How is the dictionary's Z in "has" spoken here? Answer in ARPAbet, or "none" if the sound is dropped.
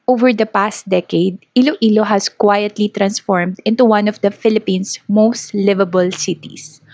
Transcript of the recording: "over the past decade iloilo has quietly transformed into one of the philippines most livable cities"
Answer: S